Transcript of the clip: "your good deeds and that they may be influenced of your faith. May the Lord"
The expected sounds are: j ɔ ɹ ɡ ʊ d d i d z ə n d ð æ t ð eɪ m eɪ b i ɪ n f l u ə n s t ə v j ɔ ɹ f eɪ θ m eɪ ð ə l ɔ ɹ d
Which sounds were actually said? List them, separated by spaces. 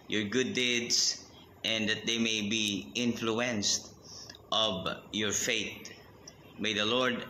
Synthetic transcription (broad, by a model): j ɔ ɹ ɡ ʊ d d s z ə n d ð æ t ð eɪ m eɪ b i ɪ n f l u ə n s t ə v j ɔ ɹ f eɪ t m eɪ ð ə l ɔ ɹ d